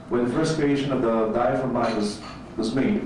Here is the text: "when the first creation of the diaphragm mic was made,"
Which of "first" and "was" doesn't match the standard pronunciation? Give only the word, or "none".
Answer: none